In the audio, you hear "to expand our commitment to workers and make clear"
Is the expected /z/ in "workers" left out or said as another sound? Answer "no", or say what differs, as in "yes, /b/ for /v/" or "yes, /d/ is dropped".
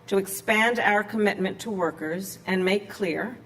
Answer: no